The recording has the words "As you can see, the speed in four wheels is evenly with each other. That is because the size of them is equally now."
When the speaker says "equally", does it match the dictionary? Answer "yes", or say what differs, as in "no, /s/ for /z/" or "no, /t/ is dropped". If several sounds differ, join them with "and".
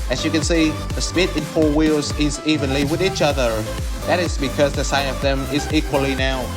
yes